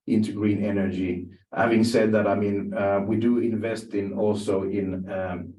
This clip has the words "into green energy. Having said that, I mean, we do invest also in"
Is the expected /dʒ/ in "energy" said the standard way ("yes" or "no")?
yes